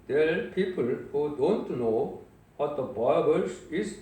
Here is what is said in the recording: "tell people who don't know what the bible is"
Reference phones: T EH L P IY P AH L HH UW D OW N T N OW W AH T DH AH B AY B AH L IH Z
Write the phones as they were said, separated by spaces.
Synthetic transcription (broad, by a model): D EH P IY P AH L HH UW D OW N T N OW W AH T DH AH B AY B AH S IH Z